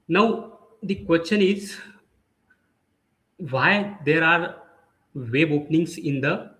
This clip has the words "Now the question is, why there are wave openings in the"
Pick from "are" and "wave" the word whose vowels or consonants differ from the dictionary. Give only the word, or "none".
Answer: wave